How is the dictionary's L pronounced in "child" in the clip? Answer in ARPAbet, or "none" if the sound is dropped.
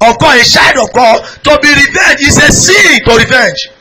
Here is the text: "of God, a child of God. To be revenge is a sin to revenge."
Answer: none